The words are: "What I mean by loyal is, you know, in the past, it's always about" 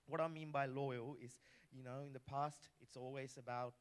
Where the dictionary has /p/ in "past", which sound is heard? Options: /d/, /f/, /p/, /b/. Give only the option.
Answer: /p/